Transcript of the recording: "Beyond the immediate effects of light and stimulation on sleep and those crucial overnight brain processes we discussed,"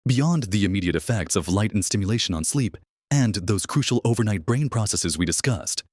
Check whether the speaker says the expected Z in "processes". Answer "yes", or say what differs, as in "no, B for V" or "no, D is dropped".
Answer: yes